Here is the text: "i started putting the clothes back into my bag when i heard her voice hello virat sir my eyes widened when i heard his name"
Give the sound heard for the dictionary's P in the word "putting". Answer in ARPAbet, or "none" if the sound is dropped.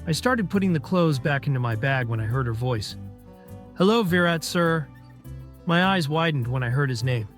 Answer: P